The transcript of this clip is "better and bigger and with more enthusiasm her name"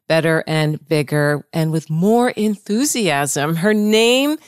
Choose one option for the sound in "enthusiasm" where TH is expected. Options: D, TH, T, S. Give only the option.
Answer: TH